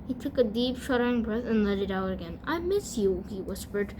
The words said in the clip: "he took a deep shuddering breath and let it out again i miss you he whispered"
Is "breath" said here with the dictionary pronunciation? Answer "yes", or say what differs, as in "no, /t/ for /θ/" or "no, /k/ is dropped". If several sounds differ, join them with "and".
yes